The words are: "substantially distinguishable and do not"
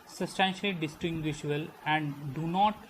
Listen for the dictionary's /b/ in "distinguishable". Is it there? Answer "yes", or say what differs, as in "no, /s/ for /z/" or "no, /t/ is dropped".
no, /b/ is dropped